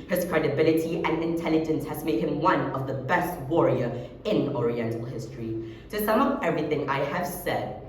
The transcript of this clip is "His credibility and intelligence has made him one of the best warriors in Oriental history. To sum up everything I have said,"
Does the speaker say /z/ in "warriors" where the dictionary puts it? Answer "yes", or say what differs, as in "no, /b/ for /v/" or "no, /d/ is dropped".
no, /z/ is dropped